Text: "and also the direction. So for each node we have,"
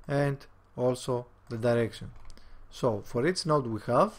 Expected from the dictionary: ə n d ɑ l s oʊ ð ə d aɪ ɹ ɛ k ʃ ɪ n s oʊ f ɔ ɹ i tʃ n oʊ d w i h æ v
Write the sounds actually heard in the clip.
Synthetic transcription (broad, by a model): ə n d ɑ l s oʊ ð ə d aɪ ɹ ɛ k ʃ ɪ n s oʊ f ɔ ɹ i s n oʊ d w i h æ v